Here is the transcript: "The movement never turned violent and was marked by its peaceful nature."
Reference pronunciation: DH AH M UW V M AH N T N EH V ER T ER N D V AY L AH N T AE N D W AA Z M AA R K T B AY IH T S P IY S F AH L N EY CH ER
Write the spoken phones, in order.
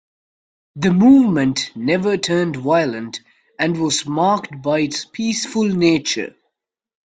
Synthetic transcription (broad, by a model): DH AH M UW V M AH N T N EH V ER T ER N D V AY L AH N T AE N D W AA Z M AA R K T B AY IH T S P IY S F AH L N EY CH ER